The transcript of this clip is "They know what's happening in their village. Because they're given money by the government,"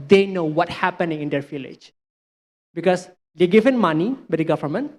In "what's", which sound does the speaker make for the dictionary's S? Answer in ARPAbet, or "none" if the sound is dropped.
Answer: none